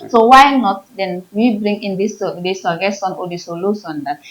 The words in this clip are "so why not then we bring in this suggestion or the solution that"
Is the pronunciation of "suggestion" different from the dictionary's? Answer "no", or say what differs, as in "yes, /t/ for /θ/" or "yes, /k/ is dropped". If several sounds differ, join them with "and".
yes, /dʒ/ is dropped and /tʃ/ is dropped